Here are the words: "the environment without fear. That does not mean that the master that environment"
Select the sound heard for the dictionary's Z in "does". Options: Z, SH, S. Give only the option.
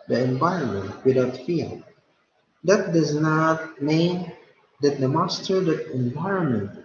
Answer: Z